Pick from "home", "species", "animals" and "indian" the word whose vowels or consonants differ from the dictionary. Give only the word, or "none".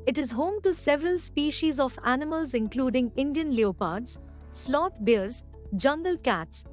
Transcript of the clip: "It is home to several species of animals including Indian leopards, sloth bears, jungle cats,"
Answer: none